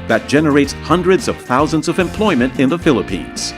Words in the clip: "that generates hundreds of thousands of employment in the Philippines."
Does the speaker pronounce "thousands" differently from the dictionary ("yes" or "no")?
no